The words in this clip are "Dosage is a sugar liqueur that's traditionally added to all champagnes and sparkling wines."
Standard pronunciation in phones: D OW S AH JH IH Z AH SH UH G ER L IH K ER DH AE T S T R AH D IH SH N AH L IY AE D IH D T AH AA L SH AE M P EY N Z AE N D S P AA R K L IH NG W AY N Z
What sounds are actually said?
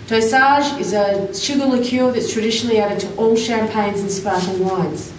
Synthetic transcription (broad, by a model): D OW S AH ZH IH Z AH SH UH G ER L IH K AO DH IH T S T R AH D IH SH N L IY AE D IH D T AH AA L SH AE M P EY N Z N S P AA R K IH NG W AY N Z